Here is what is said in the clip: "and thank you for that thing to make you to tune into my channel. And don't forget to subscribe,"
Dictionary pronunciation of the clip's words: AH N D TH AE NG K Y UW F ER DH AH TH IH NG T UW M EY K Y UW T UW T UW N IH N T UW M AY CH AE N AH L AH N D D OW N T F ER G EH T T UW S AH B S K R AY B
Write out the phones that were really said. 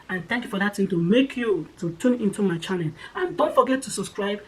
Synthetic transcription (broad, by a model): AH N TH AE NG K Y UW F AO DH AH T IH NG T UW M EY K Y UW T UW T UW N IH N T UW M AY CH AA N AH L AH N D D OW N T F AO G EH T T UW S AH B S K R AY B